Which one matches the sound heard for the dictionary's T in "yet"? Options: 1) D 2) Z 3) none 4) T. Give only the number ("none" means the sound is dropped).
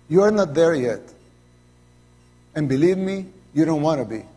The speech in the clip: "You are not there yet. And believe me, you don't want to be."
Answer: 4